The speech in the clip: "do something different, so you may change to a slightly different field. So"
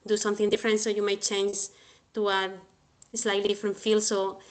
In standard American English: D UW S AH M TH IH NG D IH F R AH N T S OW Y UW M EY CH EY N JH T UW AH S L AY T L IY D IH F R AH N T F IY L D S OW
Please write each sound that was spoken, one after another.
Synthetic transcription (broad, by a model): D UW S AH M TH IH NG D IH F R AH N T S OW Y UW M EY CH EY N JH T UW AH S L AY T L IY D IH F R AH N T F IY L S OW